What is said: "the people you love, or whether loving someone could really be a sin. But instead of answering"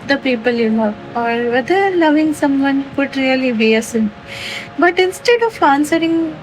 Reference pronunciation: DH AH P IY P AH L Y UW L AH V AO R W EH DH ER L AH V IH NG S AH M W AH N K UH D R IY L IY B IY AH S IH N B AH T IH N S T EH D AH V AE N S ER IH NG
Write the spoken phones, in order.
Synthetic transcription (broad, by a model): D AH P IY P AH L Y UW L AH AO R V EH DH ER L AH V IH NG S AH M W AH N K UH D R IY L IY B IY AH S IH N B AH T IH N S T EH D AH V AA N S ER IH NG